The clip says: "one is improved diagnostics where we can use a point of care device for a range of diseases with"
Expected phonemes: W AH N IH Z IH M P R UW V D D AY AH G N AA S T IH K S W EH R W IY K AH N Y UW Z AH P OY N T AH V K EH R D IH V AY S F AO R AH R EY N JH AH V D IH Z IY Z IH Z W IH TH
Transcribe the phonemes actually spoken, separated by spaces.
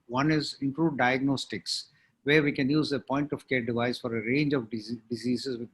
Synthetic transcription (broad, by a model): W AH N IH Z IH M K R UW D D AY AH G N AA S T IH K S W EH R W IY K AH N Y UW Z AH P OY N T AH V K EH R D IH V AY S F AO R AH R EY N JH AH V D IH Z IY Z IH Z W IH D